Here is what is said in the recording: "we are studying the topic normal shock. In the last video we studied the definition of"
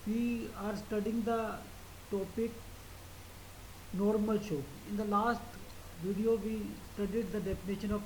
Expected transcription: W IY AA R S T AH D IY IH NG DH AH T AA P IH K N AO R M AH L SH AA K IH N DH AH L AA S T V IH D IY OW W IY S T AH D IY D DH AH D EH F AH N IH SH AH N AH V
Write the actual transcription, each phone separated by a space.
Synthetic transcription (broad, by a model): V IY AA R S T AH D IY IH NG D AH T AA P IH K N AO R M AH L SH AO IH N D AH L AA S T V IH D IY OW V IY S T AH D IY D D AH D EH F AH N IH SH AH N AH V